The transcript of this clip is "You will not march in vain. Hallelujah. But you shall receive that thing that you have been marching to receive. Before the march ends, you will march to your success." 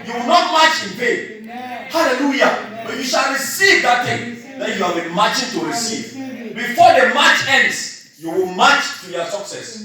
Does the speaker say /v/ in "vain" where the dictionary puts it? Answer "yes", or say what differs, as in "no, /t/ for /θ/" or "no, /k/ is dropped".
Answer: no, /p/ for /v/